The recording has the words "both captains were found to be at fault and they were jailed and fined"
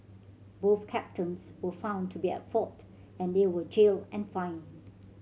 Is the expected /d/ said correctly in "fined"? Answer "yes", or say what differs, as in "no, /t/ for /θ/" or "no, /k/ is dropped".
no, /d/ is dropped